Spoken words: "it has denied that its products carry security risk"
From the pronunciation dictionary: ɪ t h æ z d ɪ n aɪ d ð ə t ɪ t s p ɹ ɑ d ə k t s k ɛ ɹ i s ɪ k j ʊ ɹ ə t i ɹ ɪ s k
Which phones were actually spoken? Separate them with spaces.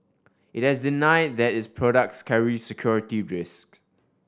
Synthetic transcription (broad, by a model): ɪ t h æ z d ɪ n aɪ d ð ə t ɪ t s p ɹ ɑ d ə k t s k ɛ ɹ i s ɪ k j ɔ ɹ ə t i ɹ ɪ s k